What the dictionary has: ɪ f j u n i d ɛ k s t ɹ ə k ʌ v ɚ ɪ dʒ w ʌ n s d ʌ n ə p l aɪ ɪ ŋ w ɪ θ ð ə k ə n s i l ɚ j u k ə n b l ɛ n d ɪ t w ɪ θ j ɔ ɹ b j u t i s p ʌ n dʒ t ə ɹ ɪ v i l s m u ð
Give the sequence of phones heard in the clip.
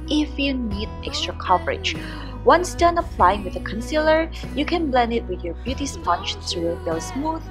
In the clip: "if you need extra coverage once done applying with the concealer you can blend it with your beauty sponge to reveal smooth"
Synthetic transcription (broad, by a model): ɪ f j u n i d ɛ k s t ɹ ə k ʌ v ɚ ɪ dʒ w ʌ n s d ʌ n ə p l aɪ ɪ ŋ w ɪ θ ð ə k ə n s i l ɚ j u k ə n b l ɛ n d ɪ t w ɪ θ j ɔ ɹ b j u t i s p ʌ n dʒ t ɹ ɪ b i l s m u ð